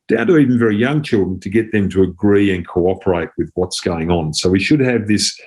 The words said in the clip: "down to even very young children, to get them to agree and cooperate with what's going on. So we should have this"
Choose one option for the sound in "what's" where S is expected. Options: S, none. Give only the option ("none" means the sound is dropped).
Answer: S